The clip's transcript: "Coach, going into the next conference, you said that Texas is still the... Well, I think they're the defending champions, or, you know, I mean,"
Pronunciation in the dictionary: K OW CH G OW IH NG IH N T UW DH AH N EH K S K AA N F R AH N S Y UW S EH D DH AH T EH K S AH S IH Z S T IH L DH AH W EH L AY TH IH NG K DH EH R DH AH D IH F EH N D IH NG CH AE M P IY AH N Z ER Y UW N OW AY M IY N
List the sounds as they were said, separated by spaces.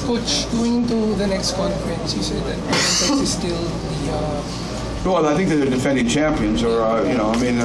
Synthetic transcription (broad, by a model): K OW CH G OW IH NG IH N T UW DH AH N EH K S K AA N F R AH N S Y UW S EH D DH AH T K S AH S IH S T IH L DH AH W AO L AY TH IH NG K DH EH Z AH D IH F EH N D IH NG CH AE M P IY AH N Z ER Y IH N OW AY M IY N